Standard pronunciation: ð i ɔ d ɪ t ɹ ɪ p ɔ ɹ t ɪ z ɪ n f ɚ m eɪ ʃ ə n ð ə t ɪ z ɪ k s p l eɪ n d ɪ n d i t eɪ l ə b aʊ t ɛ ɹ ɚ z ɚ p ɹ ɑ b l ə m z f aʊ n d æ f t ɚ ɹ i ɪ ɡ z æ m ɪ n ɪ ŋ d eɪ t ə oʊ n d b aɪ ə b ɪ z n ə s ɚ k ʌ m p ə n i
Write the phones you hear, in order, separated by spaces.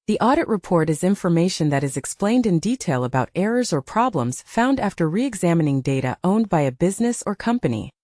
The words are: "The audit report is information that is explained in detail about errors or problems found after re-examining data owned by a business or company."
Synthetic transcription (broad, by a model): ð i ɔ d ɪ t ɹ ɪ p ɔ ɹ t ɪ z ɪ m f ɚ m eɪ ʃ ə n ð ə t ɪ z ɪ k s p l eɪ n d ɪ n d i t eɪ l ə b aʊ t ɛ ɹ ɚ z ɚ p ɹ ɑ b l ə m z f aʊ n d æ f t ɚ ɹ i ɪ ɡ z æ m ɪ n ɪ ŋ d eɪ t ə oʊ n b aɪ ə b ɪ z n ə s ɚ k ʌ m p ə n i